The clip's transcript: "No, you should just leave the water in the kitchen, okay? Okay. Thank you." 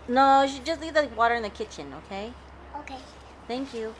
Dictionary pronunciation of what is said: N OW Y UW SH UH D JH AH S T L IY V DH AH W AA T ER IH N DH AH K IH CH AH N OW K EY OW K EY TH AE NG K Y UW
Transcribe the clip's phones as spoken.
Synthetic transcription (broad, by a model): N OW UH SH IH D JH AH S T L IY V DH AH W AA T ER IH N DH AH K IH CH AH N OW K EY OW K EY TH AE NG K Y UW